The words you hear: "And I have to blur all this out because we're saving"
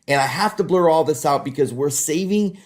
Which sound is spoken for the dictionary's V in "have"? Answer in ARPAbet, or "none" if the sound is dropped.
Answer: F